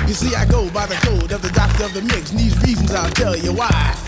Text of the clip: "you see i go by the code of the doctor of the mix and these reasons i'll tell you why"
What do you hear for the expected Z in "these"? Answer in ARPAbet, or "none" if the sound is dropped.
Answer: Z